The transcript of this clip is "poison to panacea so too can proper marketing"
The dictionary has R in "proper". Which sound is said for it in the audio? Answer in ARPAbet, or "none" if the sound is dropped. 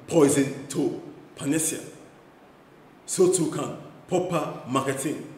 none